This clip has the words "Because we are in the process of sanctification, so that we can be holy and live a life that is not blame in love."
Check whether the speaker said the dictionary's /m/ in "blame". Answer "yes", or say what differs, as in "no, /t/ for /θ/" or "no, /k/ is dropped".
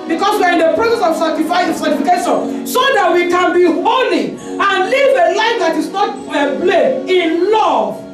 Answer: no, /m/ is dropped